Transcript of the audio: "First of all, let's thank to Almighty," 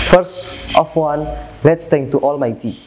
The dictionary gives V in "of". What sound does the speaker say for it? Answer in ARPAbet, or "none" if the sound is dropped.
W